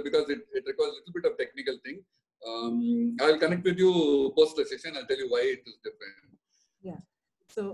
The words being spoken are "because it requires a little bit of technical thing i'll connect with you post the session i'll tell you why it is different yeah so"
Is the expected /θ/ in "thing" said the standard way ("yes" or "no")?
no